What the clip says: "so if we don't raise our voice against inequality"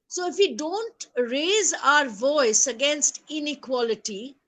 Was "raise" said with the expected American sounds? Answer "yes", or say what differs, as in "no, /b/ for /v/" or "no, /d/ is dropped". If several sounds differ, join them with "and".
yes